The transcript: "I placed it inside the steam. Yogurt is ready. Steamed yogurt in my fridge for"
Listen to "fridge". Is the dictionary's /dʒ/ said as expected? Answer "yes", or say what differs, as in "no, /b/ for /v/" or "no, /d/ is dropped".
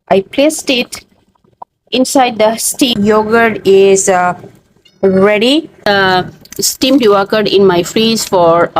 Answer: no, /z/ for /dʒ/